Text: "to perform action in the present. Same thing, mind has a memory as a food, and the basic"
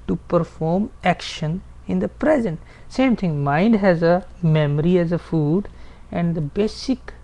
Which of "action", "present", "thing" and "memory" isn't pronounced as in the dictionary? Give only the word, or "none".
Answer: thing